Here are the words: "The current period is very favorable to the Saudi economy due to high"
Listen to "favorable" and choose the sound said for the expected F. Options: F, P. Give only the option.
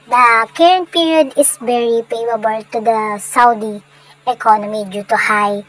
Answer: P